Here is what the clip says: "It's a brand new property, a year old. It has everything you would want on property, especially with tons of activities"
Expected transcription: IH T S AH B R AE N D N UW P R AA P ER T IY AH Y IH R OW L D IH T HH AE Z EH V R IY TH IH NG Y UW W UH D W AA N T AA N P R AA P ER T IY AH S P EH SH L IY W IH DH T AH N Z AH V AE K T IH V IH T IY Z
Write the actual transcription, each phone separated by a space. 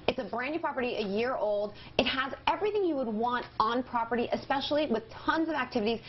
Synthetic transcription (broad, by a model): IH T S AH B R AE N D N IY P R AA P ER T IY AH Y IH R OW L D IH T HH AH Z EH V R IY TH IH NG Y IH W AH D W AA N T N P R AA P ER T IY AH S P EH SH L IY W IH DH T AH N Z AH V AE K T IH V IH T IY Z